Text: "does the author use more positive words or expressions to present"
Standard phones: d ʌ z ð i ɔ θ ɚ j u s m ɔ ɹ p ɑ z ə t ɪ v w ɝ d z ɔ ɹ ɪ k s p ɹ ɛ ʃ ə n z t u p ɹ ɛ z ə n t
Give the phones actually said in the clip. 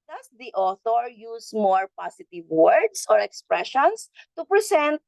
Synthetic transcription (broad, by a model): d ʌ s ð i ɔ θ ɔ j u s m ɔ ɹ p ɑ s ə t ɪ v w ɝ d s ɔ ɹ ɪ k s p ɹ ɛ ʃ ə n s t u p ɹ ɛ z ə n t